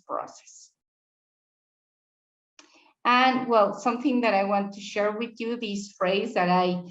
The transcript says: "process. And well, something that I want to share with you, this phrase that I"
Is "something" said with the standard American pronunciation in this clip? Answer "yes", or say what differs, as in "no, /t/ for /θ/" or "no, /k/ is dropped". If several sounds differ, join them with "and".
yes